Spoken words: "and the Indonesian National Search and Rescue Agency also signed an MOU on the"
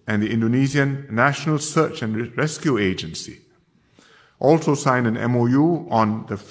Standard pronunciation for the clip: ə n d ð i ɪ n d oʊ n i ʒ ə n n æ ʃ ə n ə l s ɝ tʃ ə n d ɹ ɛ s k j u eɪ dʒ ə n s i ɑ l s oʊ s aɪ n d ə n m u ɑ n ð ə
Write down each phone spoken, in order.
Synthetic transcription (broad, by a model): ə n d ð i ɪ n d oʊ n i z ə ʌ n æ ʃ ə n ə l s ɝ tʃ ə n ɹ ɛ s k j u eɪ dʒ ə n s i ɑ l s oʊ s aɪ n d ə n m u ɑ n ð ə